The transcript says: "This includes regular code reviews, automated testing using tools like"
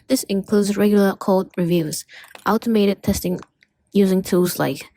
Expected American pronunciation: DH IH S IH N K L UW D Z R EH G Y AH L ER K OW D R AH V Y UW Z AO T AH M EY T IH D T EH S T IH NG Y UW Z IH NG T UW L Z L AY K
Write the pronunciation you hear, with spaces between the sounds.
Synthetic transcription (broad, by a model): DH IH S IH N K L UW D Z R EH G Y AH L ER K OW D R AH V Y UW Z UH T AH M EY T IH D T EH S T IH NG Y UW Z IH NG T UW L Z L AY K